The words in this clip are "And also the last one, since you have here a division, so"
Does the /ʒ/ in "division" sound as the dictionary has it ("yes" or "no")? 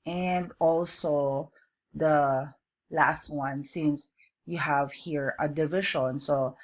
no